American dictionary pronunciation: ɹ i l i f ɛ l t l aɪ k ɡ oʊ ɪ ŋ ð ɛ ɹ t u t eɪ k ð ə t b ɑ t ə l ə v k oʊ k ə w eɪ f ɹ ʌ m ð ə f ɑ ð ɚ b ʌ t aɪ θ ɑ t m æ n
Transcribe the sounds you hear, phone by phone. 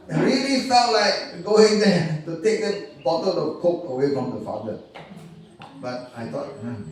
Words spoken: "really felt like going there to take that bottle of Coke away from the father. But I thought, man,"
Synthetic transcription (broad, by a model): ɹ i l i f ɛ t l aɪ k ɡ oʊ ɪ ŋ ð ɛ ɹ t u t eɪ k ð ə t b ɑ t ə l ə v k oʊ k ə w eɪ f ɹ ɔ m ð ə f ɑ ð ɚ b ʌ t aɪ t ɑ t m